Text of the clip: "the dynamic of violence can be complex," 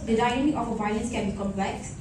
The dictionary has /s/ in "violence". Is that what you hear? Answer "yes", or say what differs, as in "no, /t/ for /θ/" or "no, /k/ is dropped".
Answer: yes